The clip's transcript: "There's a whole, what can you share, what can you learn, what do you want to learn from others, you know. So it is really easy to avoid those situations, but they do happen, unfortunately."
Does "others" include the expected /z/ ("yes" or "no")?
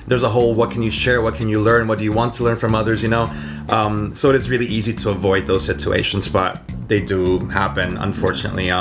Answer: yes